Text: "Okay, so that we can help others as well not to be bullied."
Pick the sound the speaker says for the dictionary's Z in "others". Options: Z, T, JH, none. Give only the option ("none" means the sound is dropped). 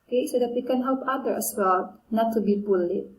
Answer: none